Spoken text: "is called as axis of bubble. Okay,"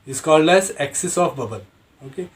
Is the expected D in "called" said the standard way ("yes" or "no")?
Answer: yes